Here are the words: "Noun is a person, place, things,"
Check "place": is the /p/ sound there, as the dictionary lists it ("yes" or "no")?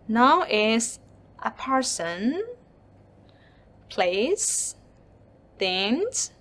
yes